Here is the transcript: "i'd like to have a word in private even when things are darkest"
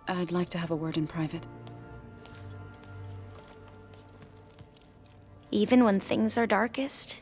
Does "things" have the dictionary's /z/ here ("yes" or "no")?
yes